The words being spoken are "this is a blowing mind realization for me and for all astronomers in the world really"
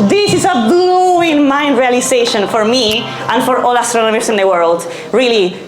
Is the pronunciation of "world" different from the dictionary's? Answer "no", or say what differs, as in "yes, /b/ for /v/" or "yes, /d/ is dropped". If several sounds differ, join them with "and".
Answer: no